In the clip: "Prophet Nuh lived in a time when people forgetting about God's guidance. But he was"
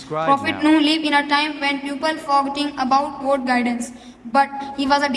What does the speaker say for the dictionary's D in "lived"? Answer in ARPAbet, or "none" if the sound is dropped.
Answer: none